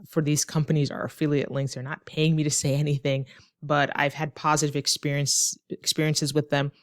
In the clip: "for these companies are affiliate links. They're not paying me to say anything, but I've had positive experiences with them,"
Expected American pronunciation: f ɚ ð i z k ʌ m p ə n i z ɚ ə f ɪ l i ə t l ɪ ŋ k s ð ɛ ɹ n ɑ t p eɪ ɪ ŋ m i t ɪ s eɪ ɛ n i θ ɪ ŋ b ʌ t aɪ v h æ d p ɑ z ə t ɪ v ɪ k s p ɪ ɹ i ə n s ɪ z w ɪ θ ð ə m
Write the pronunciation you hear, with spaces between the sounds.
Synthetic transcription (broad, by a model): f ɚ ð i z k ʌ m p ə n i z ɚ ə f ɪ l i ə t l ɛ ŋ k θ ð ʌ ɹ n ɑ t p eɪ ɪ ŋ m i t ɪ s eɪ ɛ n i θ ɪ ŋ b ʌ t aɪ v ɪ d p ɑ z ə t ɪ v ɪ k s p ɪ ɹ i ə n s ɪ z w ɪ ð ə m